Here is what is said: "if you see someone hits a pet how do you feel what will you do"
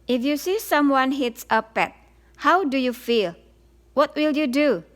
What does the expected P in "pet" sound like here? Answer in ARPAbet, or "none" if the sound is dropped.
P